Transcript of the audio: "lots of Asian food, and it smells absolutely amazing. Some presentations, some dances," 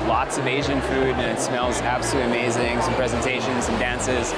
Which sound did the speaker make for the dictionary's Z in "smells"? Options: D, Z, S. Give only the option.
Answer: Z